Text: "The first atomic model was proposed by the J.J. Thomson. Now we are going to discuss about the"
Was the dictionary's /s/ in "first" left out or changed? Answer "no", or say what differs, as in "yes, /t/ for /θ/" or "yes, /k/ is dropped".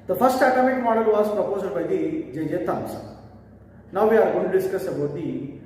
no